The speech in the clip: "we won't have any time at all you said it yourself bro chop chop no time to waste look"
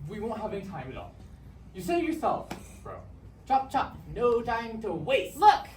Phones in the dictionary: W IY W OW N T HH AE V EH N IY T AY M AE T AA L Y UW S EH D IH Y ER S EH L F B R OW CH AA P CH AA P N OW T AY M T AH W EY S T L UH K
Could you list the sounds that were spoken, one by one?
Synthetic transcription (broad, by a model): W IY W OW N T HH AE V EH N IY T AY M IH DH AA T Y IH S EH IH Y ER S EH L F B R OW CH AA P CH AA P N OW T AY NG T AH W EY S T L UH K